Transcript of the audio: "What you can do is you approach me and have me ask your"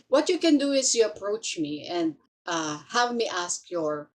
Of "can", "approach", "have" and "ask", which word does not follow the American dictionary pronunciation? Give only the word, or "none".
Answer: none